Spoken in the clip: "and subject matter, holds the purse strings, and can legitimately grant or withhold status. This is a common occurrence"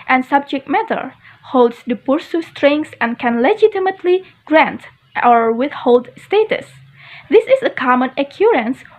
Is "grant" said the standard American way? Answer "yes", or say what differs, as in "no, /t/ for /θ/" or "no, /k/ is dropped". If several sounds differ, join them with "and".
yes